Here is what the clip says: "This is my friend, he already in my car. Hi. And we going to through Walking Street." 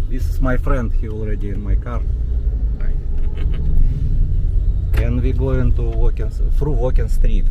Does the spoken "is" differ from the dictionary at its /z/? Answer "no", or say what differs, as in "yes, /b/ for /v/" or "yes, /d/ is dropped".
yes, /s/ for /z/